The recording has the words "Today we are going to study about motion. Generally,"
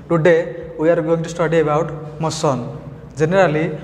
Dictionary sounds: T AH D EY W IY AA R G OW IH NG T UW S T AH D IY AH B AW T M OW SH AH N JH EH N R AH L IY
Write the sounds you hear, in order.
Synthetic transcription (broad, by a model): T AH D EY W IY AA R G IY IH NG T UW S T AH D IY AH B AW T M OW S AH N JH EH N R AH L IY